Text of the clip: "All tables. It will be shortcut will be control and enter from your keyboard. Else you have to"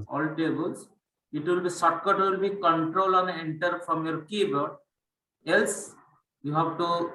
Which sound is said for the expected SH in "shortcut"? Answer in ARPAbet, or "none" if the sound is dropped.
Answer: S